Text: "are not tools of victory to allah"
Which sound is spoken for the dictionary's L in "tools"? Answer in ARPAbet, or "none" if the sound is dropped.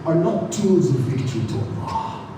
none